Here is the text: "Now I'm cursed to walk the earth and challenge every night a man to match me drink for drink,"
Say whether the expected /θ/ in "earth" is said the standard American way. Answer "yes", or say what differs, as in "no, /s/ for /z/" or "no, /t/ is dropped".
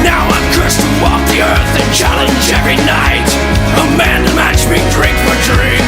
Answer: yes